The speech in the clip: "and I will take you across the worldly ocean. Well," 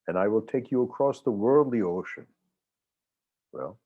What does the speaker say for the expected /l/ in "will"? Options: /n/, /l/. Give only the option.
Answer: /l/